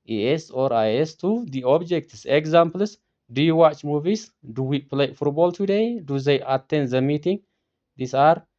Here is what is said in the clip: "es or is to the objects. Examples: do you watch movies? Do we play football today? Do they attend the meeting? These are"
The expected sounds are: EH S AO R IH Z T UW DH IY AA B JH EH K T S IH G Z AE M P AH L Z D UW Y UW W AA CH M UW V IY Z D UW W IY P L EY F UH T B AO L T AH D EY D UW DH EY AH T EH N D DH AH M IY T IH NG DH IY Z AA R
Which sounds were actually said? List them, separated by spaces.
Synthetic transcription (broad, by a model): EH S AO R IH S T UW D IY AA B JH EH K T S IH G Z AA M P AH L S D UW Y UW W AA CH M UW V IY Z D UW W IY P L EY F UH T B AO L T AH D EY D UW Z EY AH T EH N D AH M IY T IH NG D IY S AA R